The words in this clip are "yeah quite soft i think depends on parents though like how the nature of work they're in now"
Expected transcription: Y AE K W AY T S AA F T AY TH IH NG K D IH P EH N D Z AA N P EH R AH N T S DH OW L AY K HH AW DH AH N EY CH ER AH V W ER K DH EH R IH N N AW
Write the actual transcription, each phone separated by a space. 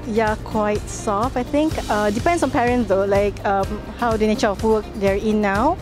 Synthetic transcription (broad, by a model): Y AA K W AY T S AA F AY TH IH NG K D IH P EH N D S AA N P EH R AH N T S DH OW L AY K HH AW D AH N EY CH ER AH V W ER K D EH R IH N N AW